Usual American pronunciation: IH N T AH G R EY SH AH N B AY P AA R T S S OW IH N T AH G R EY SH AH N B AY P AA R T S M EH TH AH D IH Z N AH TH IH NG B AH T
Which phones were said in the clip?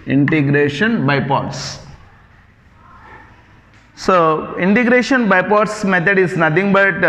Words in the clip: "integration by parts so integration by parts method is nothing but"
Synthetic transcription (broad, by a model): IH N T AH G R EY SH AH N B AY P AA R T S S OW IH N T AH G R EY SH AH N B AY P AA R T S M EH T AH D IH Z N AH T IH NG B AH T